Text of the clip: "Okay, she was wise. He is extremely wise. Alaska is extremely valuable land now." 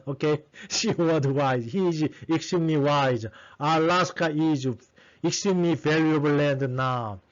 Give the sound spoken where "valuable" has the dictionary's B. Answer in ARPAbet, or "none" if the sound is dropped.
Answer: none